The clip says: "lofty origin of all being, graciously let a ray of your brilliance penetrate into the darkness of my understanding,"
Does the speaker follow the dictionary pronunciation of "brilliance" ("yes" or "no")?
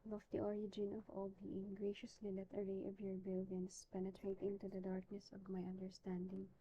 no